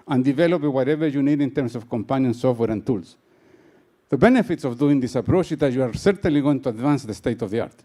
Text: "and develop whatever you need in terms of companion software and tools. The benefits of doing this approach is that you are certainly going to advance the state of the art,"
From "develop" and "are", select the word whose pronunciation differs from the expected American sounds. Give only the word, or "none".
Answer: none